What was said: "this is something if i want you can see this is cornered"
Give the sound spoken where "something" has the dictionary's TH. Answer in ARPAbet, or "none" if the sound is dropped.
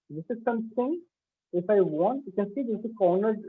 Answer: T